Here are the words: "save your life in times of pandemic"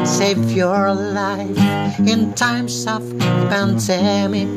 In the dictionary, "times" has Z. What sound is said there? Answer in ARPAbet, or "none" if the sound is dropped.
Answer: S